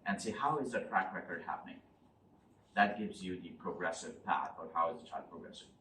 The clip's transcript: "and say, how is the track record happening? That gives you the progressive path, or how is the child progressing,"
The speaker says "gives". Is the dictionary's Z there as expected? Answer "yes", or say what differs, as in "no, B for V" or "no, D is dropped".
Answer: yes